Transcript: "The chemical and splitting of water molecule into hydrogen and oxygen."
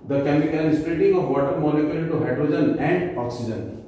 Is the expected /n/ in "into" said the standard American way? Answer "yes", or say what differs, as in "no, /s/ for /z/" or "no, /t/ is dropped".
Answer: no, /n/ is dropped